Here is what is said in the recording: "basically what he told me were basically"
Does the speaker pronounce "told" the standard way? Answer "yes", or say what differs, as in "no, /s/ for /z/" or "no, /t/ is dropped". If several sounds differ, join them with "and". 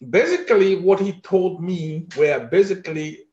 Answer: yes